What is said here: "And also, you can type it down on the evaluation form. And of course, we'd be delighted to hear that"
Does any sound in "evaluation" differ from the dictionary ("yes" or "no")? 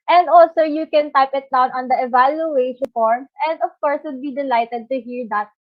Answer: yes